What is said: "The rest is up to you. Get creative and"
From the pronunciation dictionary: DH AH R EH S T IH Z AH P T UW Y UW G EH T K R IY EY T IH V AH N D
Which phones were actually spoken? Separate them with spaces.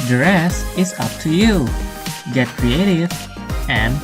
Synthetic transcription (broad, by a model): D R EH S IH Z AH P T UW Y UW G EH T K R IY EY T IH V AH N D